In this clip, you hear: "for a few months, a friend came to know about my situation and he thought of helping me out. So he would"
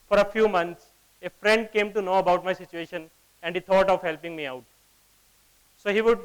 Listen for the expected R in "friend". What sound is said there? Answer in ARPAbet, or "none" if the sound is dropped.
R